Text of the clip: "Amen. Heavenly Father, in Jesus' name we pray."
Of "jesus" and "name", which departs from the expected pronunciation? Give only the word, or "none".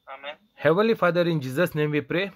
none